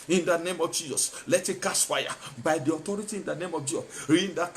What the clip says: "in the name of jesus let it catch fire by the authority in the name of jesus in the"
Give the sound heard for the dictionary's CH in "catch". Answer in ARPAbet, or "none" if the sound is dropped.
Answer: S